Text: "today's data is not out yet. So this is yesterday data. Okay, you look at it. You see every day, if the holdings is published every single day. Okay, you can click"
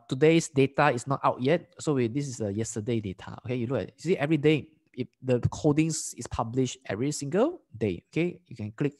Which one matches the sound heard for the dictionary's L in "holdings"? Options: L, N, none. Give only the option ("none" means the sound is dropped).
none